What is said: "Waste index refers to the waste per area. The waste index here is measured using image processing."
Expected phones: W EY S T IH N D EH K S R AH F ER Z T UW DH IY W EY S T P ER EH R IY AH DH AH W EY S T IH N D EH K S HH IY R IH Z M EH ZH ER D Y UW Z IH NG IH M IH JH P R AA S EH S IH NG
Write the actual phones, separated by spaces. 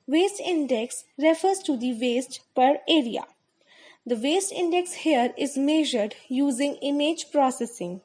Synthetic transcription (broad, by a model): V EY S T IH N D EH K S R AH F ER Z T UW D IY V EY S T P ER EH R IY AH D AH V EY S T IH N D EH K S HH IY R IH Z M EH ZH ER D Y UW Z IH NG IH M IH JH P R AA S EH S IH NG